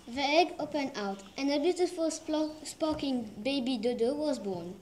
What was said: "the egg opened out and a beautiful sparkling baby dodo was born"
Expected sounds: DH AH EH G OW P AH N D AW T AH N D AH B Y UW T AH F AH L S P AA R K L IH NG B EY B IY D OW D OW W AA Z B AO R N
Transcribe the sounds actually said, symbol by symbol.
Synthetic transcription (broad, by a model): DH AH EH G OW P AH N D AW T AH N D AH B Y UW T AH F AH L S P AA K IH NG B EY B IY D OW D OW W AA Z B AO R N